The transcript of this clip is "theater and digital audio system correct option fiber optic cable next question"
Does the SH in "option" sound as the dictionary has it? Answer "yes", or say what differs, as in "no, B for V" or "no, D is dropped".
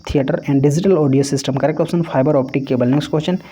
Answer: no, S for SH